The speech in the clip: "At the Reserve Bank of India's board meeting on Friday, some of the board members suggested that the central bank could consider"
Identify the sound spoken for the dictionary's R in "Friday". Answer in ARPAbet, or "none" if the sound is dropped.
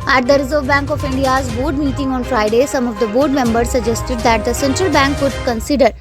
R